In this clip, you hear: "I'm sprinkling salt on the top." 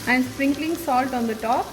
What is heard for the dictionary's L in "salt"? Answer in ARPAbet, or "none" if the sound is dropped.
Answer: L